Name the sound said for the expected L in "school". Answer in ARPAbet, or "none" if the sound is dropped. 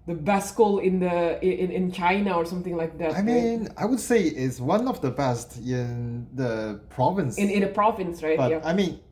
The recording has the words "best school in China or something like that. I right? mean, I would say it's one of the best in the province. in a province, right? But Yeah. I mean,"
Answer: N